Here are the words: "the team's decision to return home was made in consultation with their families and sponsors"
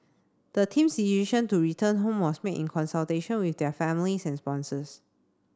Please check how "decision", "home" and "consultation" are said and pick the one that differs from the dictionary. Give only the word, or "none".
decision